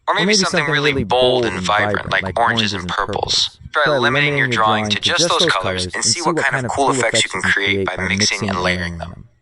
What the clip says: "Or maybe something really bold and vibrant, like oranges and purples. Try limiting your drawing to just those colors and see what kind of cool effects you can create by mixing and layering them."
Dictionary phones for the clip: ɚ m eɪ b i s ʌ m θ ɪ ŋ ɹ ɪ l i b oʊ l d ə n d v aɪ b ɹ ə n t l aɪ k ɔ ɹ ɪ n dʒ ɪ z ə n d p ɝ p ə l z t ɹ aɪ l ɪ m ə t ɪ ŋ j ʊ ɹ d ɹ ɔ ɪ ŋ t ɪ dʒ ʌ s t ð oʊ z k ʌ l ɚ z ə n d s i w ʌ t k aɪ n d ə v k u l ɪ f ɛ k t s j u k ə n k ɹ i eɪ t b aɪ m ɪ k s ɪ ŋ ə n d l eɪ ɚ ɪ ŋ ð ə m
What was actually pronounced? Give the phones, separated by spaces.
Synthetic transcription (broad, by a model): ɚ m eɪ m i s ʌ m θ ɪ ŋ ɹ ɪ l i b oʊ l d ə n v aɪ b ɹ ə n t l aɪ k ɔ ɹ ɪ n dʒ ɪ z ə n p ɝ p l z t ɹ l ɪ m ə t ɪ ŋ j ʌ ɹ d ɹ ɔ ɪ ŋ t ɪ dʒ ʌ s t ð oʊ z k ʌ l ɚ z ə n s i w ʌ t k aɪ n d ə v k u l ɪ f ɛ k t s j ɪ k n k ɹ i eɪ t b aɪ m ɪ k s ɪ ŋ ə n l eɪ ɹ ɪ ŋ ð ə m